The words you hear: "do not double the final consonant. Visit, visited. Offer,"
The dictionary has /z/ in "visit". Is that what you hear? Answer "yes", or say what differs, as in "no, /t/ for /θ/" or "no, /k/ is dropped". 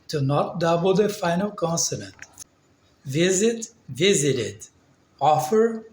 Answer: yes